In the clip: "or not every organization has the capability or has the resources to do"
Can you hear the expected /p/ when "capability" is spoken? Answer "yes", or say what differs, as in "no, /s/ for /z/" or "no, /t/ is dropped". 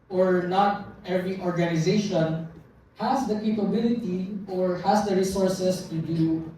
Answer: yes